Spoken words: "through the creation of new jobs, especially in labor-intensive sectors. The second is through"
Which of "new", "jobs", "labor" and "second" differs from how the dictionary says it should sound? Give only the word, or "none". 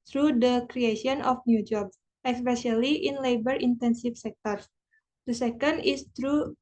jobs